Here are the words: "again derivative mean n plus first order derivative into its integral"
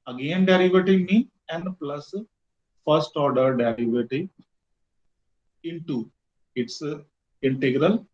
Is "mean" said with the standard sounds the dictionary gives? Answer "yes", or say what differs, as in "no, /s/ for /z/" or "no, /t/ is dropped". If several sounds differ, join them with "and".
no, /n/ is dropped